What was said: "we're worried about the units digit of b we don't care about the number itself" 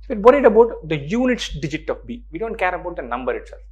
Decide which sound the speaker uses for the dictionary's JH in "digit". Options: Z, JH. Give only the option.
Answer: JH